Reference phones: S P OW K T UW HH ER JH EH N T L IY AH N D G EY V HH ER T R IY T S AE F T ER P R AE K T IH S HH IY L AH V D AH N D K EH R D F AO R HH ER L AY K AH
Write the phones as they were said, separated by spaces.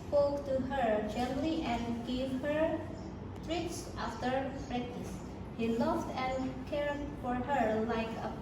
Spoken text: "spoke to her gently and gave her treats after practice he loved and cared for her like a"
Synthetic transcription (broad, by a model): S P OW K T UW HH ER JH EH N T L IY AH N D G EY V HH ER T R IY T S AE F T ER B R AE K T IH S HH IY L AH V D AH N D K EH R D F AO R HH ER L AY K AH